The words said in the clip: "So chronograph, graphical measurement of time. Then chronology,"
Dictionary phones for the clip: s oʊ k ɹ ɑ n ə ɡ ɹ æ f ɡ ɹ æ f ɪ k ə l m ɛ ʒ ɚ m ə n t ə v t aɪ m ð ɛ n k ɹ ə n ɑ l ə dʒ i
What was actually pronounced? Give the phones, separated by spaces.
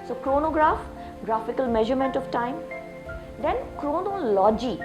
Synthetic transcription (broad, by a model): s oʊ k ɹ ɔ n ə ɡ ɹ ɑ f ɡ ɹ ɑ f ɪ k ə l m ɛ ʒ ɚ m ə n t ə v t aɪ m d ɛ n k ɹ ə n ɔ l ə dʒ i